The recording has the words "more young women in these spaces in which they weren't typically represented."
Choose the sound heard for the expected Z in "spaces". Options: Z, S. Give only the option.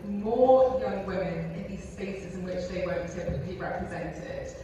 Z